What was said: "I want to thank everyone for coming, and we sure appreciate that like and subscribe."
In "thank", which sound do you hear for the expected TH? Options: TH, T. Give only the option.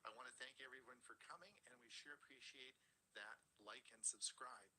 TH